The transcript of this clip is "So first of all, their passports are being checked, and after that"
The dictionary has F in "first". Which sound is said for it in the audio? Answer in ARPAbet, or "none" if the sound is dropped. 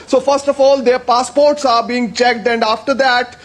F